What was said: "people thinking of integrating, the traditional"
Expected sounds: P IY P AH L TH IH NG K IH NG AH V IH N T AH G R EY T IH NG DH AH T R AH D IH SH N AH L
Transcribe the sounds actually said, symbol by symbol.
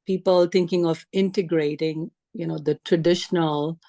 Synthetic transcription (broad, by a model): P IY P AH L T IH NG K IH NG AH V IH N T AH G R EY T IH NG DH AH T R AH D IH SH N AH L